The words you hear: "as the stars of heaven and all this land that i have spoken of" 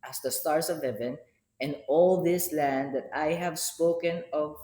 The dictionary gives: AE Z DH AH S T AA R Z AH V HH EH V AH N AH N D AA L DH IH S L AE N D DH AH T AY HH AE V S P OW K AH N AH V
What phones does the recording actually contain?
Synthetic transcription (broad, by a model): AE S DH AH S T AA R S AH V HH EH V AH N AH N AA L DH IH S L AE N D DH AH T AY HH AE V S P OW K AH N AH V